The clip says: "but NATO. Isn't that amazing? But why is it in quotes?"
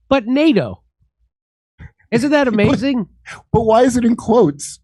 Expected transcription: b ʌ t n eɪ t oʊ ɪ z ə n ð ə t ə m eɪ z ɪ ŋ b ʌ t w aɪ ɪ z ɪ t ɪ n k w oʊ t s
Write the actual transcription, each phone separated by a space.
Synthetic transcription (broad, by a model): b ʌ t n eɪ t oʊ ɪ z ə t ð ə t ə m eɪ z ɪ ŋ b ʌ t w aɪ ɪ z ɪ t ɪ n k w oʊ t s